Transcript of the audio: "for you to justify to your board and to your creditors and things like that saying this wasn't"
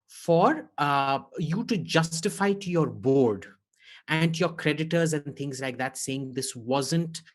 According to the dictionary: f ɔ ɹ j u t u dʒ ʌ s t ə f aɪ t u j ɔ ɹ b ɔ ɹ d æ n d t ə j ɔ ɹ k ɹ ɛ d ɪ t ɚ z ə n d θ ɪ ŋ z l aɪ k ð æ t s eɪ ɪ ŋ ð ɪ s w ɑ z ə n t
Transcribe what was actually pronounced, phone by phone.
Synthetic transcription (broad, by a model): f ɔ ɹ j u t u dʒ ʌ s t ə f aɪ t u j ɔ ɹ b ɔ ɹ d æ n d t j ɔ ɹ k ɹ ɛ d ɪ t ɚ z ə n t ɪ ŋ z l aɪ k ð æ t s eɪ ɪ ŋ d ɪ s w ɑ z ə n t